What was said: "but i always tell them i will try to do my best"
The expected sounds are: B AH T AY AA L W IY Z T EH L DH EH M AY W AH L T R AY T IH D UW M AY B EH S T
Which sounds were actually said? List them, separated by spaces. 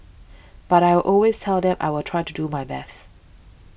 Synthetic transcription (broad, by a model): B AH T AY AA L W IY Z T EH L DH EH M AY W AH L T R AY T IH D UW M AY B EH S T